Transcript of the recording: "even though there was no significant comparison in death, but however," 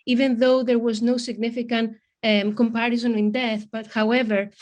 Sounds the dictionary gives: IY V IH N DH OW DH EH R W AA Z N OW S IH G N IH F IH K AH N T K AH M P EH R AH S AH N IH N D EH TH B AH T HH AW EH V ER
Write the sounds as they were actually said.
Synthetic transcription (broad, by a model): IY V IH N DH OW DH EH R W AA Z N OW S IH G N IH F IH K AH N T K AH M P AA R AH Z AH N IH N D EH TH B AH T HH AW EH V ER